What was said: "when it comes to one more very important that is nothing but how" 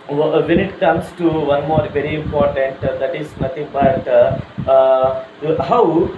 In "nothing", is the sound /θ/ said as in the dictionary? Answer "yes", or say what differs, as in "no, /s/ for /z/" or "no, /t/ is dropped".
no, /t/ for /θ/